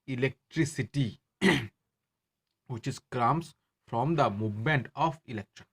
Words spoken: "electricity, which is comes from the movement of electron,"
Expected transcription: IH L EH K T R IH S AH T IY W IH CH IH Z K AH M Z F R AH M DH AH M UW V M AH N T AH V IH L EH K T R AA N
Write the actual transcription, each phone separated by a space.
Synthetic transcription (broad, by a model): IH L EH K T R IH S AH T IY W IH CH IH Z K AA M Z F R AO M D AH M UW V M AH N T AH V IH L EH K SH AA N